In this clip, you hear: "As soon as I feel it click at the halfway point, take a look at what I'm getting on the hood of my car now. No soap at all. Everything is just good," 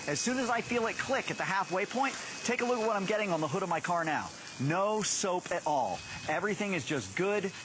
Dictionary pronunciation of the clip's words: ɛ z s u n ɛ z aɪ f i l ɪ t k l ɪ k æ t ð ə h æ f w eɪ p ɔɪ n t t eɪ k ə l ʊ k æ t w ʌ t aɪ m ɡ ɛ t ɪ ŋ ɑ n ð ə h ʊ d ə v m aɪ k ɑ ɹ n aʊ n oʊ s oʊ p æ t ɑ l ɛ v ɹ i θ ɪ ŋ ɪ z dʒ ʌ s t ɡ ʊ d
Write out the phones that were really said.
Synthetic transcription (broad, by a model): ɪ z s u n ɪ z aɪ f i l ɪ t k l ɪ k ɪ t ð ə h æ f w eɪ p ɔɪ n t t eɪ k ə l ʊ k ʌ t w ʌ t aɪ m ɡ ɛ t ɪ ŋ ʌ n ð ə h ʊ d ə v m aɪ k ɑ ɹ n aʊ n oʊ s oʊ p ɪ t ɑ l ɛ v ɹ i θ ɪ ŋ ɪ z dʒ ʌ s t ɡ ʊ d